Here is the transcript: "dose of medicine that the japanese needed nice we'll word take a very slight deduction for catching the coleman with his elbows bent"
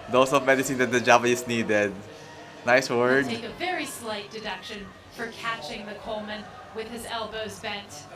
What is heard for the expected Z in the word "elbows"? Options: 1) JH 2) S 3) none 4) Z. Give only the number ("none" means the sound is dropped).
4